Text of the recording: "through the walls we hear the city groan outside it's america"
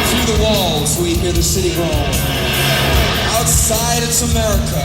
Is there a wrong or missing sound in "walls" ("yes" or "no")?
no